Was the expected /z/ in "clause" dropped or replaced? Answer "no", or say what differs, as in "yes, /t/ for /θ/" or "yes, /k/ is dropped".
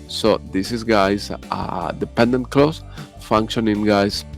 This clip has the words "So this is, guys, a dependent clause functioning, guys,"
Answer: yes, /s/ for /z/